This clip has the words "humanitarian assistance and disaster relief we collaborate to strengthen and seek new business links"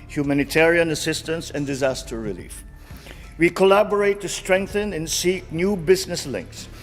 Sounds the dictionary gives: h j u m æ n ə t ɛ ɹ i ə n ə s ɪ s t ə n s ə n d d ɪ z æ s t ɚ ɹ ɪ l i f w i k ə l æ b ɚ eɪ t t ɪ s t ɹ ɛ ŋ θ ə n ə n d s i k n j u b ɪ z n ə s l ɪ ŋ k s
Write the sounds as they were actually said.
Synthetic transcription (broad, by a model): h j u m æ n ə t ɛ ɹ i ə n ə s ɪ s t ə n s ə n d d ɪ z æ s t ɚ ɹ ɪ l i f w i k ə l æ b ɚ eɪ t t ɪ s t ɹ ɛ ŋ θ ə n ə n s i k n j u b ɪ z n ə s l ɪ ŋ k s